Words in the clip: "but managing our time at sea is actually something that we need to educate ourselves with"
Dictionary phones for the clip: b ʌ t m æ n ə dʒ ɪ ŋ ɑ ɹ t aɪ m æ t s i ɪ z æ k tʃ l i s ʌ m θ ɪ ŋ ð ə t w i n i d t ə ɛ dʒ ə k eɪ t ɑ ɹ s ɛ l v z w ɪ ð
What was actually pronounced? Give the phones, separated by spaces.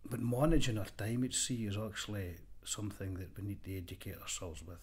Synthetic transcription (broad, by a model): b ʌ t m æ n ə dʒ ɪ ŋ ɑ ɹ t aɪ m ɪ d s i ɪ z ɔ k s l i s ʌ m θ ɪ ŋ ð ə t w i n i d t ə ɛ dʒ ə k eɪ t ɑ ɹ s ɛ l v z w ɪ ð